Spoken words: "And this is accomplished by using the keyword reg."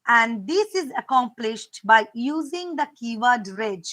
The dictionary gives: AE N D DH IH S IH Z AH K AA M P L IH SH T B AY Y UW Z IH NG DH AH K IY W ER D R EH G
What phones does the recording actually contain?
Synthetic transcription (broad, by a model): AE N D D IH S IH Z AH K AA M P L IH SH T B AY Y UW Z IH NG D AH K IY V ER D R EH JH